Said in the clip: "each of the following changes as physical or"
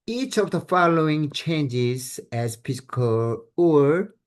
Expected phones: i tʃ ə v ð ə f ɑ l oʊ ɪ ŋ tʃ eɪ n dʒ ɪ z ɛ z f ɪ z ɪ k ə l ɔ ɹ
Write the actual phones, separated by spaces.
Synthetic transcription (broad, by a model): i tʃ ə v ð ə f ɑ l oʊ ɪ ŋ tʃ eɪ n dʒ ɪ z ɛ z p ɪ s k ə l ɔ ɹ